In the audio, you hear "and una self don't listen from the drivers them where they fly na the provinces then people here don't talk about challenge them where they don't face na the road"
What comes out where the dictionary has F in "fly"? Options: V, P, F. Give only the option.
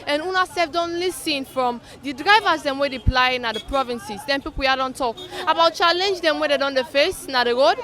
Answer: P